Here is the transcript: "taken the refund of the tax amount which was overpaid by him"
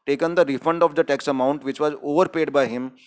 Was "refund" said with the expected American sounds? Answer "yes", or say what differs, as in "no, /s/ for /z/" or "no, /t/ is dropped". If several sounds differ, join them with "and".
yes